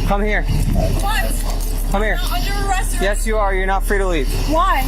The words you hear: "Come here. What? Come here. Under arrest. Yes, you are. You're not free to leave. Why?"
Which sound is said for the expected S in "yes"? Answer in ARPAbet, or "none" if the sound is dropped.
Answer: S